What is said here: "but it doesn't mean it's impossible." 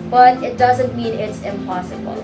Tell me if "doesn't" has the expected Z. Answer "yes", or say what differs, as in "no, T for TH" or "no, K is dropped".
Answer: yes